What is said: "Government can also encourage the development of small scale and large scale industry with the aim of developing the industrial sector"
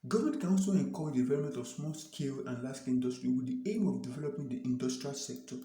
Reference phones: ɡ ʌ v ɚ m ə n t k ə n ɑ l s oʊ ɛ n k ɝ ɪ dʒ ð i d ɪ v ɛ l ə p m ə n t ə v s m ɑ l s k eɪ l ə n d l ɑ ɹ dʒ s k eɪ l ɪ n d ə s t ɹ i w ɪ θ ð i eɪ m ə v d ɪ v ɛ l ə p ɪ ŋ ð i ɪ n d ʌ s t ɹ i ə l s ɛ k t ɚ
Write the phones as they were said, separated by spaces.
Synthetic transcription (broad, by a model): ɡ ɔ v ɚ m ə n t k ə n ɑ n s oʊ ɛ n k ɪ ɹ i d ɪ v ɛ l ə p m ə n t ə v s m ɑ l s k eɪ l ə n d l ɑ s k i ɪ n d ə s t ɹ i w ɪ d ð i eɪ m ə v d ɪ v ɛ l ə p ɪ ŋ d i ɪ n d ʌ s t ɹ i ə l s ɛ k t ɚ